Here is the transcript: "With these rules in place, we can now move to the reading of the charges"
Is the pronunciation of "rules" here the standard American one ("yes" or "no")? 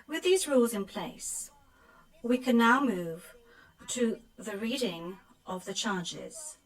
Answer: yes